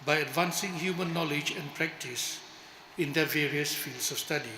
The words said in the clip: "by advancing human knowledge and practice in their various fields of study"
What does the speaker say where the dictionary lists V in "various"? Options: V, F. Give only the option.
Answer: V